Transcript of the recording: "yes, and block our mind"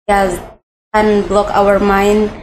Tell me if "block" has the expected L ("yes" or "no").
yes